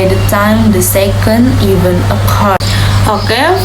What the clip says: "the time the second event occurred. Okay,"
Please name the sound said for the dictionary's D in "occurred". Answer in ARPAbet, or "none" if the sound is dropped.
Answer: none